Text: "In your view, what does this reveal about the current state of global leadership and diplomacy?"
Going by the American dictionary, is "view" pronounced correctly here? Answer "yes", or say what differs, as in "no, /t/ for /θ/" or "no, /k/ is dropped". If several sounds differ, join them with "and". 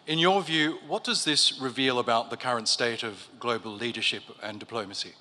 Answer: yes